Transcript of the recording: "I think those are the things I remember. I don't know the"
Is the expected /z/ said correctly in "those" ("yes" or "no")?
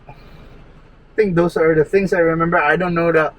no